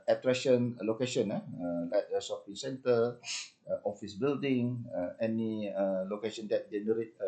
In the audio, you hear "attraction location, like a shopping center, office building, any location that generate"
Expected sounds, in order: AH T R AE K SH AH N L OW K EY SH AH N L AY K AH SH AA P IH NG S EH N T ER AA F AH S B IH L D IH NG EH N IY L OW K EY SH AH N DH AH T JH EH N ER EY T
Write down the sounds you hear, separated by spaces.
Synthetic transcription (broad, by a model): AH T R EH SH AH N L OW K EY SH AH N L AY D AH S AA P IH S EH N T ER AA F AH S B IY L D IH NG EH N IY L OW K EY SH AH N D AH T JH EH N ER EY T